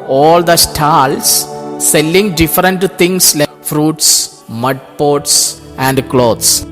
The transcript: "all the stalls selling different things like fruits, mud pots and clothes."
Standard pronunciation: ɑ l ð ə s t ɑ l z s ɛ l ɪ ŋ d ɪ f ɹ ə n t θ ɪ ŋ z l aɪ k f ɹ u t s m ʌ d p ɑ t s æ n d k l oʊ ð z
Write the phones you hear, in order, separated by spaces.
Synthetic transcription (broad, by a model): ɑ l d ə s t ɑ l s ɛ l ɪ ŋ d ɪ f ɹ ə n t t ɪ ŋ s l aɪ f ɹ u t s m ʌ d p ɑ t s æ n d k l oʊ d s